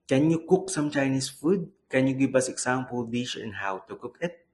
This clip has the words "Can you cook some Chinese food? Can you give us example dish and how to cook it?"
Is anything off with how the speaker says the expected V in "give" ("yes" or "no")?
yes